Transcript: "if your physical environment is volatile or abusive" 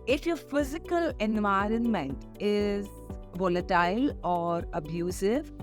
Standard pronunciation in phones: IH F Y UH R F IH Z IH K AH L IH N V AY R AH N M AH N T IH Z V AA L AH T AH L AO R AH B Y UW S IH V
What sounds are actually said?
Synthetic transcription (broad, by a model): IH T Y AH F IH Z IH K AH L IH N V AY R AH N M AH N T IH Z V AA L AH T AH L AO R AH B Y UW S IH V